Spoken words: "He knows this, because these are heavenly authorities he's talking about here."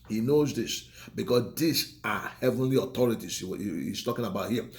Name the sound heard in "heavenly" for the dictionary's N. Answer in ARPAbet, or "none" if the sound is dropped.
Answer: N